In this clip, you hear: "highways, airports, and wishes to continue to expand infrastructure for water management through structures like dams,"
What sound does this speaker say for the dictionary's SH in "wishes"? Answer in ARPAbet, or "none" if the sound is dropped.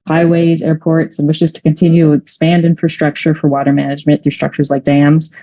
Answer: SH